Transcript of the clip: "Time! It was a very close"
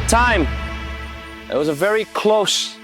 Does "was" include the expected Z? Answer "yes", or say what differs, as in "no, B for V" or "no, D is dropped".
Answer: yes